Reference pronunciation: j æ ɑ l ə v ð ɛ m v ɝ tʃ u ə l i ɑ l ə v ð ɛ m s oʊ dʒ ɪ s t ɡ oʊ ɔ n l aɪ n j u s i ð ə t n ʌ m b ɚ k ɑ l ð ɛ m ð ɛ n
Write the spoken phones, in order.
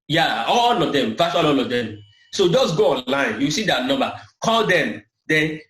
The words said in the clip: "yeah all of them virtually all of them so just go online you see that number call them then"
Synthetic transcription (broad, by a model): j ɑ ɑ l ə v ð ɛ m v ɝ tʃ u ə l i ɑ l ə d ɛ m s oʊ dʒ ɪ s ɡ oʊ ɔ n l aɪ n j u s i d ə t n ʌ m b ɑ k ɑ l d ɛ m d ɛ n